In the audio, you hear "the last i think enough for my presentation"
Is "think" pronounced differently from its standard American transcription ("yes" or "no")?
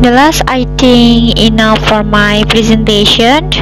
yes